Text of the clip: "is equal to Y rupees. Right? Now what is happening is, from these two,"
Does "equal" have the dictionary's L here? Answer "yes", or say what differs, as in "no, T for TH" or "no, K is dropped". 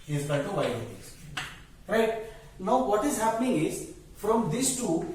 no, N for L